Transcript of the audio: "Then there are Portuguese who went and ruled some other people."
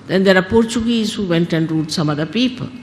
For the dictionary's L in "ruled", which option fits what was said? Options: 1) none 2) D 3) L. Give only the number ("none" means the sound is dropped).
1